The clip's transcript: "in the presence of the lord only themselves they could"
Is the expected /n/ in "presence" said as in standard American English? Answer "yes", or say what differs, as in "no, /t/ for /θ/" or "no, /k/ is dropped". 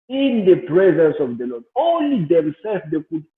yes